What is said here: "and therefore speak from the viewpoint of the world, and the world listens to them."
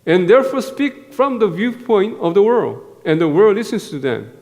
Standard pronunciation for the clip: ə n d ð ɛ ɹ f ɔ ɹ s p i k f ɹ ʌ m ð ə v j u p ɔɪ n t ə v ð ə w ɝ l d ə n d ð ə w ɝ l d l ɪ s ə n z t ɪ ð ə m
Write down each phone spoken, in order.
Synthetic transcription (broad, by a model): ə n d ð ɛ ɹ f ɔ ɹ s p i k f ɹ ʌ m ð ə v j u p ɔɪ n t ə v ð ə w ɝ l d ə n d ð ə w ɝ d l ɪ s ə n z t ɪ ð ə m